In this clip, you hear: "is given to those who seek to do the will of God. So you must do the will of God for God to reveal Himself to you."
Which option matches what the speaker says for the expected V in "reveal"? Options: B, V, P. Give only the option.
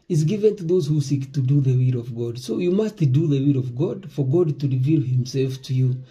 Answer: V